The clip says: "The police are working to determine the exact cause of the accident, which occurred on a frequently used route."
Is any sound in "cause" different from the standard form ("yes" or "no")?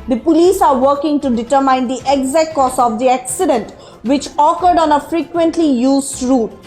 yes